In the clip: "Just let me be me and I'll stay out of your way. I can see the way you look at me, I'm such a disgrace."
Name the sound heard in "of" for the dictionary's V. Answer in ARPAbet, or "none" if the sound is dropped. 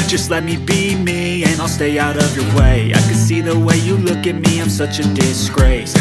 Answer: V